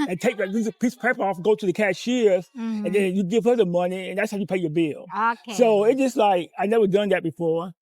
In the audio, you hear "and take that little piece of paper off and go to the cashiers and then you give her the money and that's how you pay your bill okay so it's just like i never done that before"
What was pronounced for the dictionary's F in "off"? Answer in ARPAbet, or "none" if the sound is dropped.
F